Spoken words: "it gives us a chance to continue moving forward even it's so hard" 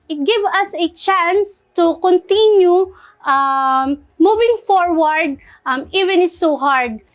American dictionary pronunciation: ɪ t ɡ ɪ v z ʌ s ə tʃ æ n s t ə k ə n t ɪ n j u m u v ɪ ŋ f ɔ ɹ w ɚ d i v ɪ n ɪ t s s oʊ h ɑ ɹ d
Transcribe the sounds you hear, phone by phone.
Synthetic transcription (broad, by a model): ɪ t ɡ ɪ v ʌ s ə tʃ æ n s t ə k ə n t ɪ n j u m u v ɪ ŋ f ɔ ɹ w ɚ d i v ɪ n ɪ t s s oʊ h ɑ ɹ d